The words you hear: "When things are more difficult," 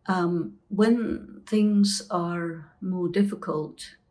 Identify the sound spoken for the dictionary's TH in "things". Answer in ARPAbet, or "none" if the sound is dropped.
TH